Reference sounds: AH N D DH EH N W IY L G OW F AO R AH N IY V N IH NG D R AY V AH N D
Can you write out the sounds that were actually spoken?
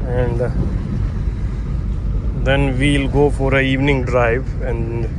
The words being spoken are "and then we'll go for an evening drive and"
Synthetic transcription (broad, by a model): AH N D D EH N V IY L G OW F AO R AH IY V N IH NG D R AY V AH N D